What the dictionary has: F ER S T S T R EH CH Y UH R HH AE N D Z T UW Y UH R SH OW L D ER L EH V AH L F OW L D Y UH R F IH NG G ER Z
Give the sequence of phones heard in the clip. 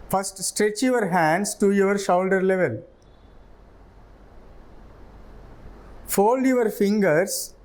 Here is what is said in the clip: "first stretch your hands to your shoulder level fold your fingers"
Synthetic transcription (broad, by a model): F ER S T S T R EH CH Y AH R HH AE N D S T UW Y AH R SH OW L D ER L EH V AH L F OW L D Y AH R F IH NG G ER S